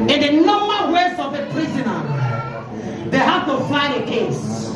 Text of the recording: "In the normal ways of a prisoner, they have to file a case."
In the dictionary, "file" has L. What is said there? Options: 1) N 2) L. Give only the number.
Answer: 1